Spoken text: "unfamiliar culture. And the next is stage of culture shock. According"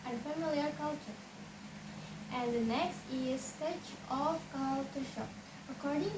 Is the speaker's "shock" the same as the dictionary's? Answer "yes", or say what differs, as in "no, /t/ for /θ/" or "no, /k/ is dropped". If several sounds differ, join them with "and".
no, /k/ is dropped